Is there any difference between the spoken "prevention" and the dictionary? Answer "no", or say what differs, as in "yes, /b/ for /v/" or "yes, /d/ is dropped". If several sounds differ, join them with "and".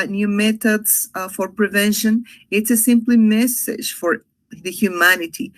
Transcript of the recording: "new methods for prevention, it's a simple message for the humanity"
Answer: no